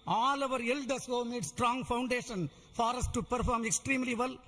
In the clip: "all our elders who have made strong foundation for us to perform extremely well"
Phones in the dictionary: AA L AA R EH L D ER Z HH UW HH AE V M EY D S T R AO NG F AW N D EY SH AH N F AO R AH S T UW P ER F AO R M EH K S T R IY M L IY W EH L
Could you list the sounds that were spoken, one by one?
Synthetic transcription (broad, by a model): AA L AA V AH D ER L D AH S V M EY D S T R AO NG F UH N D EY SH AH N F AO R AH S T UW P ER F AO R M EH K S T R IY M L IY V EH L